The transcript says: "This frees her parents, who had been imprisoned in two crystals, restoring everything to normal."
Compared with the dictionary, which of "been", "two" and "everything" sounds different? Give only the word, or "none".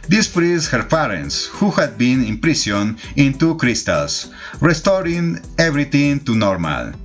everything